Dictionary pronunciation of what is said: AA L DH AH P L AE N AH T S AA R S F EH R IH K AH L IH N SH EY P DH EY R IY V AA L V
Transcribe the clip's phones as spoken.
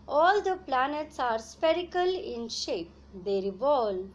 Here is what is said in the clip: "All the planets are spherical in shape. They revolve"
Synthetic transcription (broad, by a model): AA L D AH P L AE N AH T S AA R S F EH R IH K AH L IH N SH EY P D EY R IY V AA L